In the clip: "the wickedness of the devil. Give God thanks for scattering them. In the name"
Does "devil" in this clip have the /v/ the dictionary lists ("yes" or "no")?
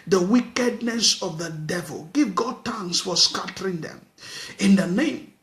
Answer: yes